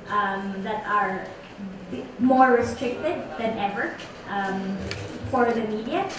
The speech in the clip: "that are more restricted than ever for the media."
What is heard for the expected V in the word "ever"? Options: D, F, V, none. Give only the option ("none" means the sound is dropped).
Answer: V